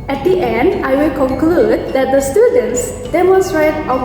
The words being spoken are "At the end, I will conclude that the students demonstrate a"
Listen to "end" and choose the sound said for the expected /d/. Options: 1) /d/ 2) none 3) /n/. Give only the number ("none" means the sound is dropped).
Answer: 1